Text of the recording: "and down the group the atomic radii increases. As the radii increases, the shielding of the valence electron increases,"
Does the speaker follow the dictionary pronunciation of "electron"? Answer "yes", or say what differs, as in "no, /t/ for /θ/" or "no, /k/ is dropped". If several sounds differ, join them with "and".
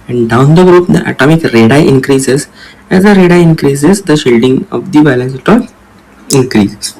no, /ɹ/ is dropped